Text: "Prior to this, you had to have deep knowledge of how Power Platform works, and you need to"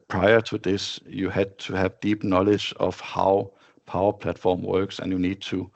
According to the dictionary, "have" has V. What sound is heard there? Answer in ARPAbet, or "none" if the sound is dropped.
V